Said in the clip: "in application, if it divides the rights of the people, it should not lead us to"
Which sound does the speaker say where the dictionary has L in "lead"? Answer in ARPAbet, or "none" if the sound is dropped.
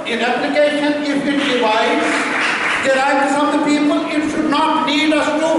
N